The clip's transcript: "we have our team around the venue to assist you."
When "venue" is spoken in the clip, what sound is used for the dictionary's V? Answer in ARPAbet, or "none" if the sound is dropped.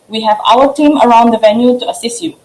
V